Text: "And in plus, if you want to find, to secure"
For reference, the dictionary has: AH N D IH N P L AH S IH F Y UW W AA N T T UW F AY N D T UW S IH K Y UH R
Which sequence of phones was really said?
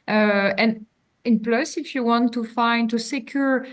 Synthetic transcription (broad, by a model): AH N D IH N P L AH S IH F Y UW W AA N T T UW F AY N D T UW S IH K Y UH R